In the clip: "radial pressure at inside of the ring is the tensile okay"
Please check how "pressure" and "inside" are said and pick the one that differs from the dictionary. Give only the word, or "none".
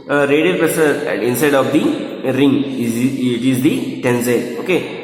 pressure